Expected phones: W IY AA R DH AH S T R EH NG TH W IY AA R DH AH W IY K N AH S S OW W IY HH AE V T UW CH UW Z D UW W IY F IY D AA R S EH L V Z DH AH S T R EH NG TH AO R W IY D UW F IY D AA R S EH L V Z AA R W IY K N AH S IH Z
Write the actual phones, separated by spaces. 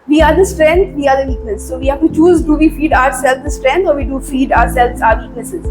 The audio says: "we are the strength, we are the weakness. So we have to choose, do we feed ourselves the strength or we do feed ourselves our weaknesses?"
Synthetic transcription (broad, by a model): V IY AA R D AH S T R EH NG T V IY AA R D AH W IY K AH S S OW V IY HH AE V T UW CH UW Z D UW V IY F IY D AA R S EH L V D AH S T R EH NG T AO R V IY D UW F IY D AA R S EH L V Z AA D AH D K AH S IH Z